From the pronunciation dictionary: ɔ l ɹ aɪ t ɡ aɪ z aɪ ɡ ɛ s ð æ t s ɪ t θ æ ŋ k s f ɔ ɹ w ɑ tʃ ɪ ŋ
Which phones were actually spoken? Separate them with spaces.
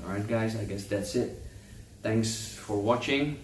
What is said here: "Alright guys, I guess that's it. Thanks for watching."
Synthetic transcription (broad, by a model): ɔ ɹ aɪ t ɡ aɪ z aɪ ɡ ɛ s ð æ t s ɪ t t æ ŋ k s f ɔ ɹ w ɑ tʃ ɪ ŋ